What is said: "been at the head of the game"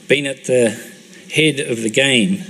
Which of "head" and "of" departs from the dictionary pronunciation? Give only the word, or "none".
none